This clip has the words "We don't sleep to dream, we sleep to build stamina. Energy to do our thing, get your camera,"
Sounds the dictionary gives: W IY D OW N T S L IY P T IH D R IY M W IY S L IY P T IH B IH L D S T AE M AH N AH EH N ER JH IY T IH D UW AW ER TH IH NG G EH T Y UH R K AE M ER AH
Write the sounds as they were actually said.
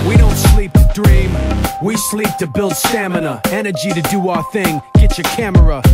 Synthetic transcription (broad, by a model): W IY D OW N T S L IY P T IH D R IY M W IY S L IY P T IH B IH L D S T AE M AH N AH EH N ER JH IY T IH D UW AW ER TH IH NG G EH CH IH K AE M ER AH